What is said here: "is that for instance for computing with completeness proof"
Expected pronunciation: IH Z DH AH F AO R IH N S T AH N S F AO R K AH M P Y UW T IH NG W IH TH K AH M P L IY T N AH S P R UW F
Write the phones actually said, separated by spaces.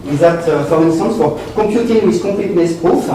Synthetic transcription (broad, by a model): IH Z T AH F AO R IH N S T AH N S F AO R K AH P Y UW T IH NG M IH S K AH P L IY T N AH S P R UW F